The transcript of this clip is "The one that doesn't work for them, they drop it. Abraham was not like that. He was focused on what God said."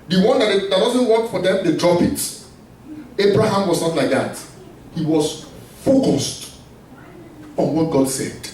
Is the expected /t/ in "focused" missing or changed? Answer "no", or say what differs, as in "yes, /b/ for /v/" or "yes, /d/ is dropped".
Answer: no